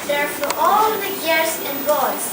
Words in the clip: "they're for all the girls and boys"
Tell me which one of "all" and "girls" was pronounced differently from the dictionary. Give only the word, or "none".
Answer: girls